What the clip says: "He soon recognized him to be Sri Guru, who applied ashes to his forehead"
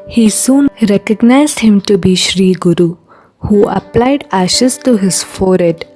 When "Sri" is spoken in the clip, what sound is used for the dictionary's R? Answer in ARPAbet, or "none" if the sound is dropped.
R